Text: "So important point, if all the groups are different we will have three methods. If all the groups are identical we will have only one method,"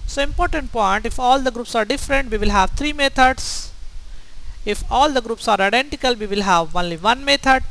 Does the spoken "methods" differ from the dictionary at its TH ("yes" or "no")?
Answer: yes